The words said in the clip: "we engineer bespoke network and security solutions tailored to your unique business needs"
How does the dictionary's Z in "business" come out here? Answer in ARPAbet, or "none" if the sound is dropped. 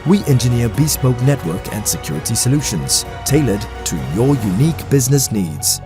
Z